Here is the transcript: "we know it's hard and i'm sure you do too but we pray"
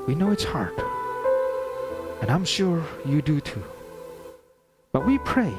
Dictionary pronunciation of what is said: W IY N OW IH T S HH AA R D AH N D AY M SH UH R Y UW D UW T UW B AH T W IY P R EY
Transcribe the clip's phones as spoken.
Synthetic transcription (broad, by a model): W IY N OW IH T S HH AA R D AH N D AY M SH UH R Y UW D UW T UW B AH T W IY P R EY